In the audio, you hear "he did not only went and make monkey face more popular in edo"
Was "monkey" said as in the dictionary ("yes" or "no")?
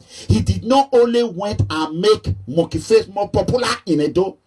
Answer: no